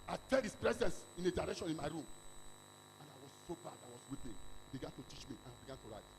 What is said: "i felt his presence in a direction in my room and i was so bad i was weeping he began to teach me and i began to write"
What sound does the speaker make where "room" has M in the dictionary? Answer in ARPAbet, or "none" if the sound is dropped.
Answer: M